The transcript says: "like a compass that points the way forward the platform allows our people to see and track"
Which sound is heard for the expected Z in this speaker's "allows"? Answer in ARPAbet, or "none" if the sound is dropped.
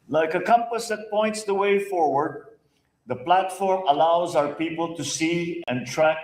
Z